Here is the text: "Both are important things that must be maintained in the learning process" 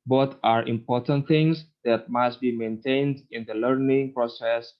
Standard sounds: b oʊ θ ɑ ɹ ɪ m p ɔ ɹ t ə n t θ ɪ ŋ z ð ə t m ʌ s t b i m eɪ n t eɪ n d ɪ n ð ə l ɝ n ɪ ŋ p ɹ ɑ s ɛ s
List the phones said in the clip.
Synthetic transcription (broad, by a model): b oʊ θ ɑ ɹ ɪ m p ɔ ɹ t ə n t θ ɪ ŋ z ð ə t m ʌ s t b i m eɪ n t eɪ n d ɪ n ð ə l ɝ n ɪ ŋ p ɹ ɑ s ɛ s